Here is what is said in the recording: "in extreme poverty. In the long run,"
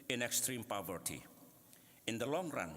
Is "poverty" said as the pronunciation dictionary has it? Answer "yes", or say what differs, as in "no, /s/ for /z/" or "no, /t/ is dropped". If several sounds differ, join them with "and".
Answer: yes